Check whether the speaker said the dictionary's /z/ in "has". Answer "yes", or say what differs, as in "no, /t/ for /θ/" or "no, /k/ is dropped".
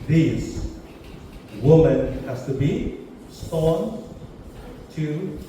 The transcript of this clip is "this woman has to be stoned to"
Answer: no, /s/ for /z/